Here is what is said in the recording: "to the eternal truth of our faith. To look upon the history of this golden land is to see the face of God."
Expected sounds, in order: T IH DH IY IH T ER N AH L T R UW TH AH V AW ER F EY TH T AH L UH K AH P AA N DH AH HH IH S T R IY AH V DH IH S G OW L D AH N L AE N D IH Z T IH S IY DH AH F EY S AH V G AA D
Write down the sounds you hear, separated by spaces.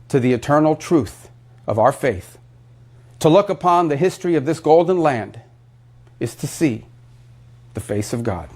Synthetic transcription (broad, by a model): T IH DH IY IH T ER N L T R UW TH AH V AW ER F EY TH T AH L UH K AH P AA N DH AH HH IH S T R IY AH V DH IH S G OW L D N L AE N D IH Z T IH S IY DH AH F EY S AH V G AA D